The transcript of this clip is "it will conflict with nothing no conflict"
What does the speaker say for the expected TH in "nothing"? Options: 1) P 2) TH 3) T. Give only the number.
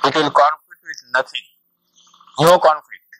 3